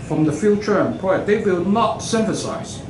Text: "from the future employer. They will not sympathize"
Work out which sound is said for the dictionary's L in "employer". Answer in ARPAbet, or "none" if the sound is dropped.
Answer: none